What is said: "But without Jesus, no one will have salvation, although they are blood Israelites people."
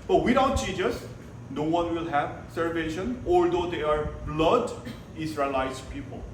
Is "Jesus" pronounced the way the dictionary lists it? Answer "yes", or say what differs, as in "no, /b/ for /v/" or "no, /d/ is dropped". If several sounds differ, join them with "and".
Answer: no, /tʃ/ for /dʒ/